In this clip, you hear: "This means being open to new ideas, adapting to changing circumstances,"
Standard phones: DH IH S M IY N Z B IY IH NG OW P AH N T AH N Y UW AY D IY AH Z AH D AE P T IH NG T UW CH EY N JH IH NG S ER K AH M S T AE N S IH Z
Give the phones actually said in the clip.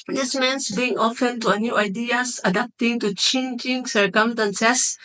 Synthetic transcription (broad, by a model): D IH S M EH N S B IY IH NG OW F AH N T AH N Y UW AY D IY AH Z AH D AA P T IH NG T UW CH EY N JH IH NG S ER K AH M S T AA N S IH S